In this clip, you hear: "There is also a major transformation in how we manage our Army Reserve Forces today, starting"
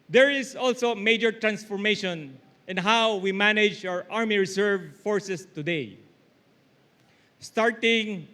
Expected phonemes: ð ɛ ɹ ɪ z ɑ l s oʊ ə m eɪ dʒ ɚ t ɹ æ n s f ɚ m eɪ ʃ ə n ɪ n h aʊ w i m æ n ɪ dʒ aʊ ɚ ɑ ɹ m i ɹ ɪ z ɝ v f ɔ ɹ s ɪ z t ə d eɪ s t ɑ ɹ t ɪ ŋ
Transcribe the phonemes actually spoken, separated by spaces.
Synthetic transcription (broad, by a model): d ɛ ɹ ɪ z ɑ l s oʊ m eɪ dʒ ɚ t ɹ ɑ n s f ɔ m eɪ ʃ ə n ɪ n h aʊ w i m æ n ɪ dʒ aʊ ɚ ɑ ɹ m i ɹ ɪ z ɝ v f ɔ ɹ s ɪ s t ə d eɪ s t ɑ ɹ t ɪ ŋ